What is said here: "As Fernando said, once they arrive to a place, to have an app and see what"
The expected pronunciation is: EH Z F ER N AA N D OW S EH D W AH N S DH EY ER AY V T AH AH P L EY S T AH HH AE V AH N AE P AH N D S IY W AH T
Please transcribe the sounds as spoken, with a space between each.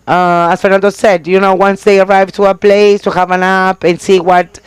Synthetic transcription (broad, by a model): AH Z F ER N AA N D OW S EH D W AH N S DH EY ER AY V T AH AH P L EY S T AH HH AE V AH N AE P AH N S IY W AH T